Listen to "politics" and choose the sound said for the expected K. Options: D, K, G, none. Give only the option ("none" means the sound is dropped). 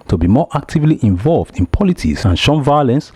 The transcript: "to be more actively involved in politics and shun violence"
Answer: none